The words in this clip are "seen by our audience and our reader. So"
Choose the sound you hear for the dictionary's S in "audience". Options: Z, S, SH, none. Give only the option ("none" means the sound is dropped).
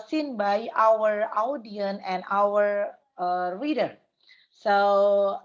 none